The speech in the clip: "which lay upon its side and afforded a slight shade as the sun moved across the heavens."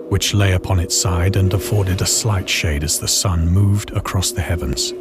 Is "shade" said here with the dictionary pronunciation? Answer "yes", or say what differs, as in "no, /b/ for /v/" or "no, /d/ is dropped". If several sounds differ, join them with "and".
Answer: yes